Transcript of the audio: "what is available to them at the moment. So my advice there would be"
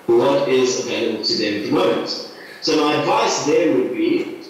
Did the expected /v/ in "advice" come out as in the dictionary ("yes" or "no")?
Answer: yes